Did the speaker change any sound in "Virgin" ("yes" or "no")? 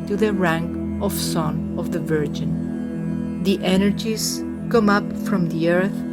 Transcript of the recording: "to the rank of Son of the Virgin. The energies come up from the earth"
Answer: no